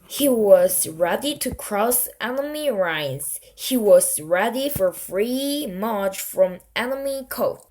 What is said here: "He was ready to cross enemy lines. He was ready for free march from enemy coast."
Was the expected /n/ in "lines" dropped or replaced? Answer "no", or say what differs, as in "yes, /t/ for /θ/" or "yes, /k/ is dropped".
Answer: yes, /n/ is dropped